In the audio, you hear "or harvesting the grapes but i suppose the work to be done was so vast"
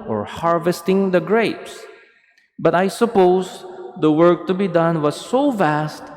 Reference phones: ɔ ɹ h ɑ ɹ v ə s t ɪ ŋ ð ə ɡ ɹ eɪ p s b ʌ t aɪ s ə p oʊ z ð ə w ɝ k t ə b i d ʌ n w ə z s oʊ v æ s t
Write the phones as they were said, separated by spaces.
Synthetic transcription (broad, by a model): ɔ ɹ h ɑ ɹ v ə s t ɪ ŋ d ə ɡ ɹ eɪ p s b ʌ t aɪ s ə p oʊ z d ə w ɝ k t ə b i d ʌ n w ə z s oʊ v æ s t